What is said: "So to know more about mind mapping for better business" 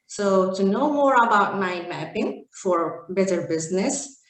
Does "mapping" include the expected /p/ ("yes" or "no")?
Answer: yes